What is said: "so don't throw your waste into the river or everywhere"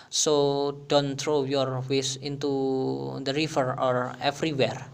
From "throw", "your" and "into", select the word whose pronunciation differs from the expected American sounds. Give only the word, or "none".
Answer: throw